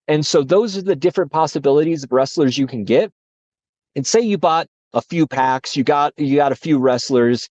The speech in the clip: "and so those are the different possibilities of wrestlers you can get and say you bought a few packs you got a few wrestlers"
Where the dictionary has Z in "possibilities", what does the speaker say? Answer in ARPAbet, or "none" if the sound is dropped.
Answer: Z